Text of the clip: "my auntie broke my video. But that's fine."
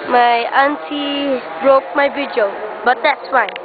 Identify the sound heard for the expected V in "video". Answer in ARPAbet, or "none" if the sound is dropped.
B